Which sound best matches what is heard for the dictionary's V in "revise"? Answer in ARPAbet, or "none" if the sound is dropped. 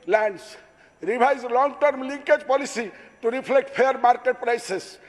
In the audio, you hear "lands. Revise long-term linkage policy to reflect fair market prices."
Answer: B